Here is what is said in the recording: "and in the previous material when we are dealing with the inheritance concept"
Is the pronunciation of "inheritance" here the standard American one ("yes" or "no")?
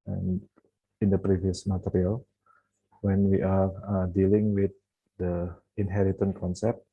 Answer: no